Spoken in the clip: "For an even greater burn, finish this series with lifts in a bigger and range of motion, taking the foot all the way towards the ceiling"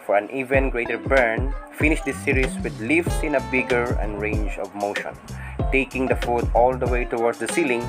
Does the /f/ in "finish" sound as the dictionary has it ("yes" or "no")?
yes